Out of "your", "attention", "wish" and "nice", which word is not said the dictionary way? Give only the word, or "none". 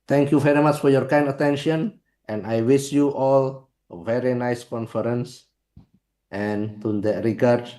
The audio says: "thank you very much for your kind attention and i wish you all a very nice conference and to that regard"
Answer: wish